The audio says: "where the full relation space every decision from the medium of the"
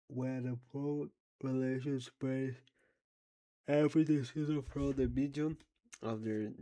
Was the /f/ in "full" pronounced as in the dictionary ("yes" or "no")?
no